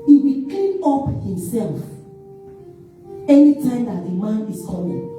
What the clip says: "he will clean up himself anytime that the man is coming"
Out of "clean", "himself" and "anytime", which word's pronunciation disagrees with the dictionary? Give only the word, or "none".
clean